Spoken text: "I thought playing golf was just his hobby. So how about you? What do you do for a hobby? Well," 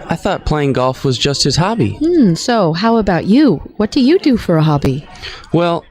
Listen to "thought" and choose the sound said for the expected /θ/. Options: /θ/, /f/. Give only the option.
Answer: /θ/